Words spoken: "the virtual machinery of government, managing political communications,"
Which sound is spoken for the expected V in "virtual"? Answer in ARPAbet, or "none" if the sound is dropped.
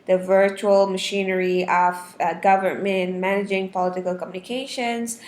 V